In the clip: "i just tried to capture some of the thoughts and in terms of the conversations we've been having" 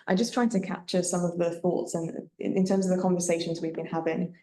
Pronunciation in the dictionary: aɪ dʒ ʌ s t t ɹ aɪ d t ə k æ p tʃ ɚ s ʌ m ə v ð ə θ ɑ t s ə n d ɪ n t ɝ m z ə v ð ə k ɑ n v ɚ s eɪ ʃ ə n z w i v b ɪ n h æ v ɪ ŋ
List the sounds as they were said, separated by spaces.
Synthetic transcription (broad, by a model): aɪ dʒ ʌ s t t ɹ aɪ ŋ t ə k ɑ p tʃ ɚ s ʌ m ə v ð ə θ ɑ t s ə n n ɪ n t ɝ m z ə v ð ə k ɑ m v ɚ s eɪ ʃ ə n z w i v b ɪ n h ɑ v ɪ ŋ